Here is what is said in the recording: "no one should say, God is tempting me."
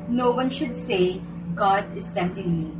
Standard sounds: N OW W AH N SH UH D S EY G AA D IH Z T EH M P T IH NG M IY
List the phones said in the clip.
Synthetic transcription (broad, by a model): N OW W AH N SH UH D S EY G AA D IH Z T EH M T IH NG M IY